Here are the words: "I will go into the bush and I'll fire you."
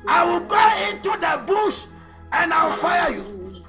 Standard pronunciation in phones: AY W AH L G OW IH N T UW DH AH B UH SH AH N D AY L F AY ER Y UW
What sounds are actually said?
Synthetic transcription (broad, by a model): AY W AH L G OW IH N T UW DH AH B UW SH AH N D AY W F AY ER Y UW